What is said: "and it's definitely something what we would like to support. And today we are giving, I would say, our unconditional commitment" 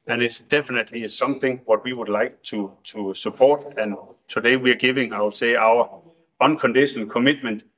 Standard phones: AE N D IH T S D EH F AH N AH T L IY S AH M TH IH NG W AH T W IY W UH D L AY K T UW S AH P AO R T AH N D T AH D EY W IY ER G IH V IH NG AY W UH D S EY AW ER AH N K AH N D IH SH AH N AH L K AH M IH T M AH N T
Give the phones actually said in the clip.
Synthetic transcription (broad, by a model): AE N IH T S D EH F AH N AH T L IY S AH M TH IH NG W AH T W IY W UH D L AY K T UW S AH P AO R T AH N T AH D EY W IY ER G IH V IH NG AY W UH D S EY AW ER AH N K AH N D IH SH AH N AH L K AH M IH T M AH N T